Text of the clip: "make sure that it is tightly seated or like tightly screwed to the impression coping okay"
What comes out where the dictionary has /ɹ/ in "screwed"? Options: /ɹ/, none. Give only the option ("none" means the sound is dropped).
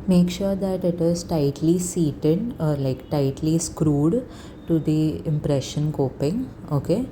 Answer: /ɹ/